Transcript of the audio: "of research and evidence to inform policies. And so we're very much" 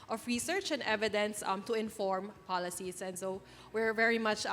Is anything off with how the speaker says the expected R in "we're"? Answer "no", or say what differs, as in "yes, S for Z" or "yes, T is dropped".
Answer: no